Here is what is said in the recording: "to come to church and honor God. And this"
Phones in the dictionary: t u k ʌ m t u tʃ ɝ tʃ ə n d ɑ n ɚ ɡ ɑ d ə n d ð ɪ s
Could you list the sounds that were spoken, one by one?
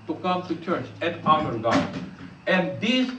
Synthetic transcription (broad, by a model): t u k ʌ m t u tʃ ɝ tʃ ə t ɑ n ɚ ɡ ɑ ə n d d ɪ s